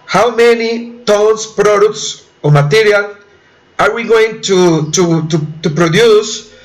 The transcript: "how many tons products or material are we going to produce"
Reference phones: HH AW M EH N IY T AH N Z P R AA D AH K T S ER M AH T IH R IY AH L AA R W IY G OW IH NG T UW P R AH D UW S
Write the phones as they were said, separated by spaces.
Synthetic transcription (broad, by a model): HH AW M EH N IY T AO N S P R AA D AH K T S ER M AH T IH R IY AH L AA R W IY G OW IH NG T UW P R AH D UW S